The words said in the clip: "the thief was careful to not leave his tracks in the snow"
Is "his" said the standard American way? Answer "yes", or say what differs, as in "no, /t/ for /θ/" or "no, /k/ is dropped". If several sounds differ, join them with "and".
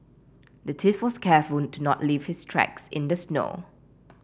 no, /s/ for /z/